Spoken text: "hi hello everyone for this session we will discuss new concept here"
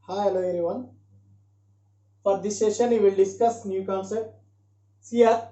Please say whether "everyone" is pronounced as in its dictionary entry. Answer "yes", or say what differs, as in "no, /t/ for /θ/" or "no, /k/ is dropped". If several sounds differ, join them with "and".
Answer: no, /v/ is dropped